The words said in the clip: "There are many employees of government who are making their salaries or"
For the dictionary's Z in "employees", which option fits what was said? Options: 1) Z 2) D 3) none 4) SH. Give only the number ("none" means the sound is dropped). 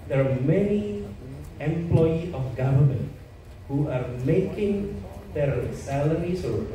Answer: 3